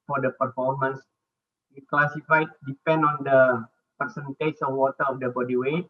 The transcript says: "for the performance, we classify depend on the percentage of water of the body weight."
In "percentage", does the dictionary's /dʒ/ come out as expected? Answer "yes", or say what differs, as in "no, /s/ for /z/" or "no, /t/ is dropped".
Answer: no, /tʃ/ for /dʒ/